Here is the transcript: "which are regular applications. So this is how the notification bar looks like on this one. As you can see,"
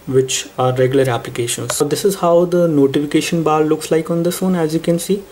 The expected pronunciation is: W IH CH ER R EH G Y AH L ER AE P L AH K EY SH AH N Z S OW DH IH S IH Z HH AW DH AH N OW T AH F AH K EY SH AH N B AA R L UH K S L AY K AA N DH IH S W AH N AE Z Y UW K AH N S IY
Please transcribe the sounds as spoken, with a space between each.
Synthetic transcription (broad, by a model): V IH CH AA R EH G Y AH L ER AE P L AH K EY SH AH N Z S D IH S IH Z HH AW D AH N OW T AH F AH K EY SH AH N B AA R L UH K S L AY K AA N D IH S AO N AE Z Y UW K AH N S IY